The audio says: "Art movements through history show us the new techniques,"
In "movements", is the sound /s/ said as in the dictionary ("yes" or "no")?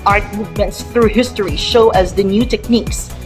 yes